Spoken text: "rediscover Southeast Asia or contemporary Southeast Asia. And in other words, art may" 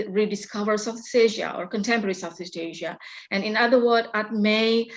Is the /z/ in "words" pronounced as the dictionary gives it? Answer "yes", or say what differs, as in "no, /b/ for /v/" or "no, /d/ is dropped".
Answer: no, /z/ is dropped